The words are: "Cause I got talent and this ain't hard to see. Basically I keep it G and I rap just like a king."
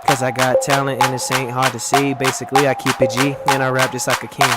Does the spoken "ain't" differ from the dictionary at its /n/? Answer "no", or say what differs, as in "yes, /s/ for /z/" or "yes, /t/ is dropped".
no